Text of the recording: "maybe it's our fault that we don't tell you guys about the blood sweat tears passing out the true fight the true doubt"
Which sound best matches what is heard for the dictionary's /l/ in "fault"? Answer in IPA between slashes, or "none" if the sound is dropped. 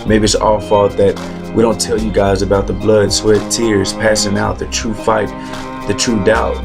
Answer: none